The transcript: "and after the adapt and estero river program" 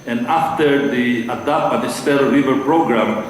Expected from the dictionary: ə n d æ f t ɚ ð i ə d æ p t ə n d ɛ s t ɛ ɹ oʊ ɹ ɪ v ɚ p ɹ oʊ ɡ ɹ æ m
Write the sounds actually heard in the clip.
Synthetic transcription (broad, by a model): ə n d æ f t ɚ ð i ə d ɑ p ə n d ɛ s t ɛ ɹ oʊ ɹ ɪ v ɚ p ɹ oʊ ɡ ɹ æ m